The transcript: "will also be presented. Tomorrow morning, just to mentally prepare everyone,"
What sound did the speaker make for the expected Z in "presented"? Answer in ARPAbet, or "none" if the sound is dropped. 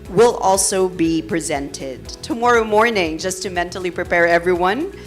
Z